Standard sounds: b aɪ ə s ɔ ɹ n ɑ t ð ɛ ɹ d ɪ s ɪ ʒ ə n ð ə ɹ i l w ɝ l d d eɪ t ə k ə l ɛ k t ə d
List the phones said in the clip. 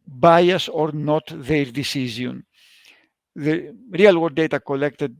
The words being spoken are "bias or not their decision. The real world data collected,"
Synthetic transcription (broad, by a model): b aɪ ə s ɔ ɹ n ɑ t ð ɛ ɹ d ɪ s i z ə n ð ə ɹ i l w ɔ d d eɪ t ə k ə l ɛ k t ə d